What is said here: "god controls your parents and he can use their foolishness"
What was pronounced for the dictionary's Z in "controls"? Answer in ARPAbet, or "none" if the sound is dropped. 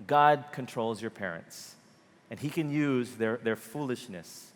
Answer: Z